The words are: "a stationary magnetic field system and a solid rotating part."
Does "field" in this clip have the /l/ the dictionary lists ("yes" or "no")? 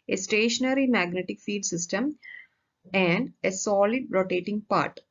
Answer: no